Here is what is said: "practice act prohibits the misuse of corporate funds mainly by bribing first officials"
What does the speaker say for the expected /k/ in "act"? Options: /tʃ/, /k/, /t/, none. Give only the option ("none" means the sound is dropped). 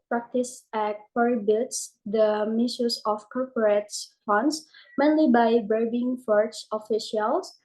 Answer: none